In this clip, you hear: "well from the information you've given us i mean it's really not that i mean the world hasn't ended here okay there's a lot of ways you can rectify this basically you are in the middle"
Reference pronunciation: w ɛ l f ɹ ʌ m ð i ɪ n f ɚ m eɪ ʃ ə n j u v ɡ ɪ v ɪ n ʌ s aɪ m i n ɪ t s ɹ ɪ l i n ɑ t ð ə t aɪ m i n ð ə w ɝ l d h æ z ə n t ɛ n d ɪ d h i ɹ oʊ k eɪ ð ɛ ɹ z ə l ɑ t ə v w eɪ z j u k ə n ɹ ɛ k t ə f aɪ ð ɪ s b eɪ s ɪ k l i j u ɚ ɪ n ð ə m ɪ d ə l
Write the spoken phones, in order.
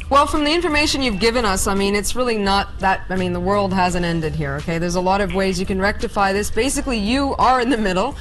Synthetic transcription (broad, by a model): w ɛ l f ɹ ʌ m ð i ɪ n f ɚ m eɪ ʃ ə n j u v ɡ ɪ v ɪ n ʌ s aɪ m i n ɪ t s ɹ ɪ l i n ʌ t ð ə t aɪ m i n ð ə w ɝ l d h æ z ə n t ɛ n d ɪ d h i ɹ oʊ k eɪ ð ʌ ɹ z ə l ɑ t ə v w eɪ z j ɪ k ə n ɹ ɛ k t ə f aɪ ð ɪ s b eɪ s ɪ k l i j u ɚ ɪ n ð ə m ɪ d l